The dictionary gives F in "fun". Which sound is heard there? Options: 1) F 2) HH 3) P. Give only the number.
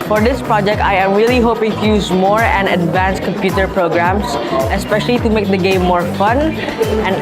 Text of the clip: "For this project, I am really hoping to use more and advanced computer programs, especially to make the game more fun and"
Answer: 1